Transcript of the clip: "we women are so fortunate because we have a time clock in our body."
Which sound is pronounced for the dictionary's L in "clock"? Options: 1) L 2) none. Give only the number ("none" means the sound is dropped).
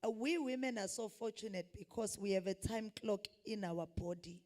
1